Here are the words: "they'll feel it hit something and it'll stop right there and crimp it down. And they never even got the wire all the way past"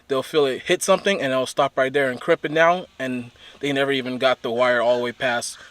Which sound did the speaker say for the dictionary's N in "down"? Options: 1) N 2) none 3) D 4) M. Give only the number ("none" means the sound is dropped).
2